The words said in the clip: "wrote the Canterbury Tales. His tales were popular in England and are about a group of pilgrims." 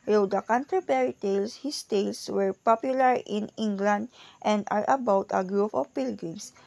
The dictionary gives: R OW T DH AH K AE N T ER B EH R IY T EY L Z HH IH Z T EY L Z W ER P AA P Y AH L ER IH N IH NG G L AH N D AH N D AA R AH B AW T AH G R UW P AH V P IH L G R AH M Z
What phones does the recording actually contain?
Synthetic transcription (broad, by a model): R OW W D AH K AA N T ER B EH R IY T EY L S HH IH S T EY L S W ER P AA P Y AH L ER IH N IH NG G L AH N D AH N D AA R AH B AW T AH G R UW P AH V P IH L G R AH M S